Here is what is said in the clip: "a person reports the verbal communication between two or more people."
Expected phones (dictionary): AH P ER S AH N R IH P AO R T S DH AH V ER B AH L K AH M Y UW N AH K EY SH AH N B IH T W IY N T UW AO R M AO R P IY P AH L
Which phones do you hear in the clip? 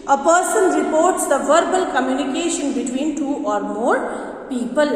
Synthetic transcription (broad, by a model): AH P ER S AH N R IH P AO R T S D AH V ER B AH L K AH M Y UW N AH K EY SH AH N B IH T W IY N T UW AO R M AO R P IY P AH L